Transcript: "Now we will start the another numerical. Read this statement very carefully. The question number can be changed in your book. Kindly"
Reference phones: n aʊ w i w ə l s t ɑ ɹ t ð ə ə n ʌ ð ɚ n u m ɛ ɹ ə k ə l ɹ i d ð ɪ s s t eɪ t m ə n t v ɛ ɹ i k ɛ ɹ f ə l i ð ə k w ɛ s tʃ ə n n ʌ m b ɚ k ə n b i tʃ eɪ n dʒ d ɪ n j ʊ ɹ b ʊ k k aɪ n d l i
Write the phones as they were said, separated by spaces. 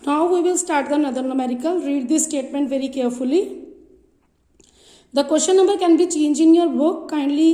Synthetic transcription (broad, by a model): n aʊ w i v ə l s t ɑ ɹ t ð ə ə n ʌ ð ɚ n u m ɛ ɹ ə k ə l ɹ i d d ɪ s s t eɪ t m ə n t v ɛ ɹ i k ɛ ɹ f ə l i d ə k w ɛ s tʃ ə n n ʌ m b ɚ k ə n b i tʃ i n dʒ ɪ n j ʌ ɹ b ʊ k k aɪ n d l i